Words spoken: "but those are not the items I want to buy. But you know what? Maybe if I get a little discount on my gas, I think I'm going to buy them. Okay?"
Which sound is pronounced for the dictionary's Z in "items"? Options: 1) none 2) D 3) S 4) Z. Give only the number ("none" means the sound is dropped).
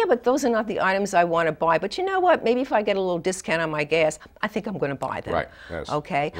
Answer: 4